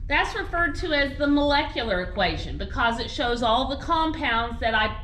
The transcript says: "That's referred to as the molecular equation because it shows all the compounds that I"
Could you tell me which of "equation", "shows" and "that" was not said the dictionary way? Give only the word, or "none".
none